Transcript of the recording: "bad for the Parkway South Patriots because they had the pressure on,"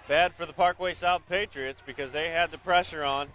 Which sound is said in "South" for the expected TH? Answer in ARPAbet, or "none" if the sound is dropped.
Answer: TH